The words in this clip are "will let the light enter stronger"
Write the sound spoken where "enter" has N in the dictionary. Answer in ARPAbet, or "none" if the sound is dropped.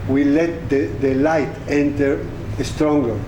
N